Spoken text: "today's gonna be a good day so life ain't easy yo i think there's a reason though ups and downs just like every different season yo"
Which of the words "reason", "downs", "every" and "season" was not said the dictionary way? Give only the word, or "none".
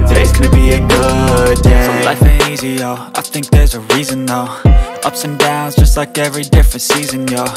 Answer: none